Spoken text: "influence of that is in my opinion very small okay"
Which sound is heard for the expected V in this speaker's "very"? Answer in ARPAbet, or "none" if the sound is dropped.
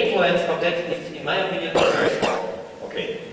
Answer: P